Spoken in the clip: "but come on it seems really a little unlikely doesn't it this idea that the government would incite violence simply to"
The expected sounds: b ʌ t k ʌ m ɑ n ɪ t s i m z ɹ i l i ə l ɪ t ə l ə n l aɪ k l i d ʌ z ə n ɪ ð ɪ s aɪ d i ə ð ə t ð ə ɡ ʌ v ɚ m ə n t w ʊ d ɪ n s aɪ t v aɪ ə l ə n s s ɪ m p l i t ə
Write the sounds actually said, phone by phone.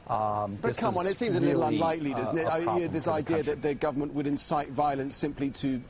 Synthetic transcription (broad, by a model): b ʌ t k ʌ m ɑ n ɪ t s i m z ə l ɪ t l ə n l aɪ k l i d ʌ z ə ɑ ɪ ð ɪ s aɪ d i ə ð ə t ð ə ɡ ʌ v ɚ m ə n t w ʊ d ɪ n s aɪ t v aɪ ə l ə n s s ɪ m p l i t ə